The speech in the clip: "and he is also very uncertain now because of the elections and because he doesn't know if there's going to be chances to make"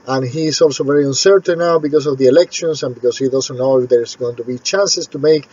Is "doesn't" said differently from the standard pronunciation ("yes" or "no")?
yes